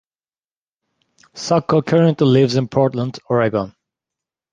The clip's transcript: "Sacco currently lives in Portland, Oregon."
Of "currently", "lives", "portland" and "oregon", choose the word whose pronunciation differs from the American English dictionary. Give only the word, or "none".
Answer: none